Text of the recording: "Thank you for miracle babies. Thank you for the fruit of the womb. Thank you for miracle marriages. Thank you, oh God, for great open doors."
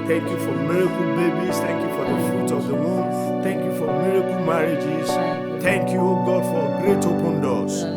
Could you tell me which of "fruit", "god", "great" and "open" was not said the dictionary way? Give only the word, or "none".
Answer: fruit